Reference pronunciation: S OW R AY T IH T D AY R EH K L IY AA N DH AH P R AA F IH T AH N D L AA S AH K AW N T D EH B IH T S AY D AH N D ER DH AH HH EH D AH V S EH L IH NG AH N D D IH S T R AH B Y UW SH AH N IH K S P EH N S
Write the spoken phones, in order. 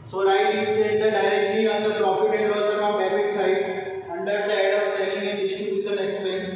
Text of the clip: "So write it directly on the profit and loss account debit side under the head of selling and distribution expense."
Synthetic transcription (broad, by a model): S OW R AY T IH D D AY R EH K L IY AA N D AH P R AA F IH T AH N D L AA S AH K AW T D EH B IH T S AY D AH N D ER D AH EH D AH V S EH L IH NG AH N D D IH S T R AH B Y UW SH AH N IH K S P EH N S